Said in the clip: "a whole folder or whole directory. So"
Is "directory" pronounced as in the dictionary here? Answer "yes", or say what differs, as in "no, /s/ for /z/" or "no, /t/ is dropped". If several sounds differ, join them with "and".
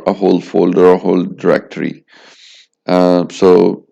yes